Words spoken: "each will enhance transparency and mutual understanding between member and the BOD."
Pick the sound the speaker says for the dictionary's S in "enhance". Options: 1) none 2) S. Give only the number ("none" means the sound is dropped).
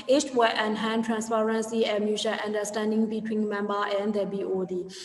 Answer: 1